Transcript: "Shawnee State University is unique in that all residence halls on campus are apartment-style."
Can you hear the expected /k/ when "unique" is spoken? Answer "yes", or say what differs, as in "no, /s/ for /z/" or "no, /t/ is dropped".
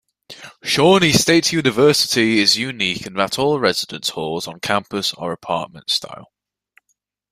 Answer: yes